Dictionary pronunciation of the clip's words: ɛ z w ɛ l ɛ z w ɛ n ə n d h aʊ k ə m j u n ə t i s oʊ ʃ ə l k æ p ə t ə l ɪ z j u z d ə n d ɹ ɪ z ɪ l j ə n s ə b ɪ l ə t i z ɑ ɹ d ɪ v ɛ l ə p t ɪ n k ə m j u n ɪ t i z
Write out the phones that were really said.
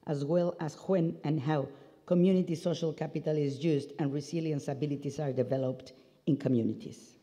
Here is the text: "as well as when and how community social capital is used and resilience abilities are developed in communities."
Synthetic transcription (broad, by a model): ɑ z w ɛ l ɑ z w ɛ n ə n h aʊ k ə m j u n ə t i s oʊ ʃ ə l k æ p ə t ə l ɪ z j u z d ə n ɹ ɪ s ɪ l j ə n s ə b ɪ l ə t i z ɑ ɹ d ɪ v ɛ l ə p t ɪ n k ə m j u n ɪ t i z